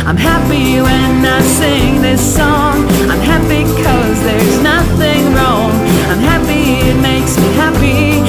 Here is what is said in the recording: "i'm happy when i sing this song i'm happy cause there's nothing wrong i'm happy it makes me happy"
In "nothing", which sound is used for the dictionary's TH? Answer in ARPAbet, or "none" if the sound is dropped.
TH